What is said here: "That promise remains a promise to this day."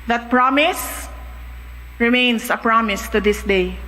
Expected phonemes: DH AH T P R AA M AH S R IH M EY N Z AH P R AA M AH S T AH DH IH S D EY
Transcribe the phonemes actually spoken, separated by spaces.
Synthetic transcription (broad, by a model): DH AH T P R AA M AH S R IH M EY N S AH P R AA M AH S T AH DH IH S D EY